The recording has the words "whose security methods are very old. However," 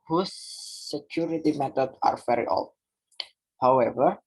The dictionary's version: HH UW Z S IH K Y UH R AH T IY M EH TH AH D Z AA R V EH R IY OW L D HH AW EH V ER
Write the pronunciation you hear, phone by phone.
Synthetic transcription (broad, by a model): HH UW S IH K Y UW R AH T IY M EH T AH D AA R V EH R IY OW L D HH AW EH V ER